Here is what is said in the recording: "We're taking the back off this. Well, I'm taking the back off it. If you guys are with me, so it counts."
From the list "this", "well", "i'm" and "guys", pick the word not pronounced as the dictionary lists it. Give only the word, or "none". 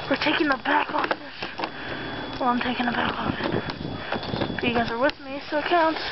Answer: none